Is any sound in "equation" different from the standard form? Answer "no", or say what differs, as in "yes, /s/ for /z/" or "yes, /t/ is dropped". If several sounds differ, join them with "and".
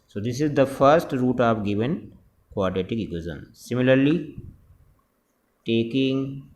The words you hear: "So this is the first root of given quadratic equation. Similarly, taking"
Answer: yes, /z/ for /ʒ/